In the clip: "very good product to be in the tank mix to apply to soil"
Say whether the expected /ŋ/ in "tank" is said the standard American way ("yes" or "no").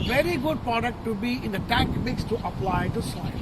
no